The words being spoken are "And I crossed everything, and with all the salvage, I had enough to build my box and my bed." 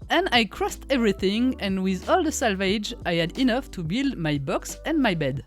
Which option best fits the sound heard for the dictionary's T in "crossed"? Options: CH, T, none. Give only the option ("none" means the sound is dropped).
T